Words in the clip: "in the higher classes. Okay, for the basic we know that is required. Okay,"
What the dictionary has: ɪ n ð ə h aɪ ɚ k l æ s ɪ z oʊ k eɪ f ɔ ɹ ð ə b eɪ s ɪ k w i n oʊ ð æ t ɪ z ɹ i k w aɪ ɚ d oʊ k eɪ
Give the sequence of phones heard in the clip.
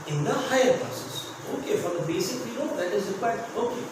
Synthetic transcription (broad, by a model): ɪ n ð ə h aɪ ɚ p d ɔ s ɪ s oʊ k eɪ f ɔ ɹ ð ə b eɪ s ɪ k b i l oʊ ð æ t ɪ z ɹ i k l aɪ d oʊ k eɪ